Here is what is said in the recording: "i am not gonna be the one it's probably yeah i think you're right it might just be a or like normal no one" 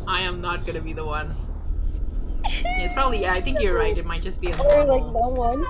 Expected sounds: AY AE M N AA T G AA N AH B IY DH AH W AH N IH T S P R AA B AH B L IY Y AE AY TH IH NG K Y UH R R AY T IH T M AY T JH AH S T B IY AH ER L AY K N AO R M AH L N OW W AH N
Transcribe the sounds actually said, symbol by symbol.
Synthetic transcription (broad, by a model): AY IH M N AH T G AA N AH B IY DH AH W AH N IH T S P R AA B AH B L IY Y AE AY TH IH NG K Y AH R R AY T IH T M AY T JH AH S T B IY AH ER L AY K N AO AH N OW W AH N